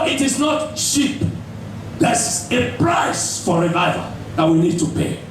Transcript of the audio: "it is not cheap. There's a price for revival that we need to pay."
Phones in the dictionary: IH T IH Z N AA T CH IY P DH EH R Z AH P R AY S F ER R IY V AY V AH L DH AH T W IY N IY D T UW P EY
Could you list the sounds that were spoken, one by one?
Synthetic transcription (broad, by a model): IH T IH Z N AA T SH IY P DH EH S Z AH P R AY S F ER R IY V AY V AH DH AH T W IY N IY D T UW P EY